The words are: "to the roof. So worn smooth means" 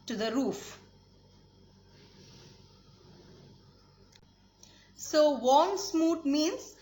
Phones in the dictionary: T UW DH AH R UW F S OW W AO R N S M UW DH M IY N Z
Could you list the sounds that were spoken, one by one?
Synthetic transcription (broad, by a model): T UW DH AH R UW F S OW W AO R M S M UW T M IY N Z